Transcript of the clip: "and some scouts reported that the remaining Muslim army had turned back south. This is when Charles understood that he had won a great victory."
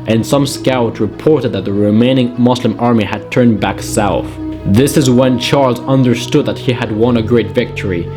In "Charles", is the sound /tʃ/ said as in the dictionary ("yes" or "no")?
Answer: yes